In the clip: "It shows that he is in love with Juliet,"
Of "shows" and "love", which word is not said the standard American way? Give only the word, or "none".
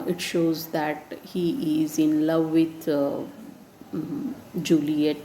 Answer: none